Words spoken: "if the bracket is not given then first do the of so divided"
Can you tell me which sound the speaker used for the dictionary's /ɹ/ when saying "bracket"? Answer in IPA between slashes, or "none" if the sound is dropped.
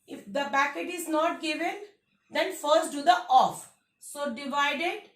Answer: none